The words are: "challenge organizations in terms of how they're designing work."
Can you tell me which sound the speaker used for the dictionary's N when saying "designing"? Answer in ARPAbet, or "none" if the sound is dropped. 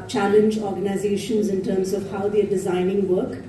N